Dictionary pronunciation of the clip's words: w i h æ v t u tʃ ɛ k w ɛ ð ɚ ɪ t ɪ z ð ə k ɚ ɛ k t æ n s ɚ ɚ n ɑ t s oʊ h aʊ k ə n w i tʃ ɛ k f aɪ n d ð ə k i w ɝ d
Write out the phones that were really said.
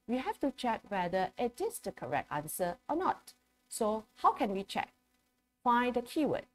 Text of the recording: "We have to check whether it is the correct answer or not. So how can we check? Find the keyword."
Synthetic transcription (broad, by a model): w i h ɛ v t u tʃ ɛ k w ɛ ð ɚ ɪ t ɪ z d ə k ɚ ɛ k t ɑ n s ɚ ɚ n ɑ t s oʊ h aʊ k ə n w i tʃ ɛ k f aɪ d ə k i w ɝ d